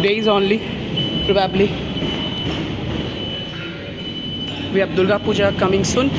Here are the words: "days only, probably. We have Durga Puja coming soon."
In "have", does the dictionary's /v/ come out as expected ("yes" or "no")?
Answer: no